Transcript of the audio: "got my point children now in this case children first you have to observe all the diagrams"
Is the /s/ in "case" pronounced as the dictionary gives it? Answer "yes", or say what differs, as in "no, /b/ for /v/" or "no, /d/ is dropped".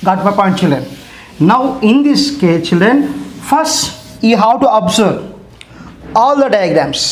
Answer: no, /s/ is dropped